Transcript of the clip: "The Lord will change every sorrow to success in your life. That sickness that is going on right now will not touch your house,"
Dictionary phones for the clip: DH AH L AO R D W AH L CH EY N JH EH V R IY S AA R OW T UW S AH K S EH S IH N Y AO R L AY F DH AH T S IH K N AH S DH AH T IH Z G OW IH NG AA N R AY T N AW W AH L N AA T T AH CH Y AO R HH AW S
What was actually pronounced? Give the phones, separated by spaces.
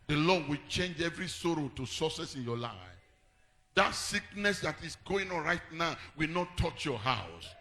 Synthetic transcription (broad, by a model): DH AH L AO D W AH L CH EY N JH EH V R IY S AA R OW T UW S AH S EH S IH N Y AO L AY F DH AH T S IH K N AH S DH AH T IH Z G OW IH NG AA N R AY T N AW W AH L N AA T T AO CH Y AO HH AW S